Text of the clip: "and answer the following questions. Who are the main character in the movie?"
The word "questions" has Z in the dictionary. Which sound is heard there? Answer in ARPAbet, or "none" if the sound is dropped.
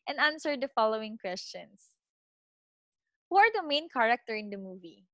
S